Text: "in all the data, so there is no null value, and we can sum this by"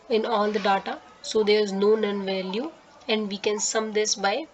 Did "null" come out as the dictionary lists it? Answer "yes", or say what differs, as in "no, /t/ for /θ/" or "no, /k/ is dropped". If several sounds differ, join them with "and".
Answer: no, /n/ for /l/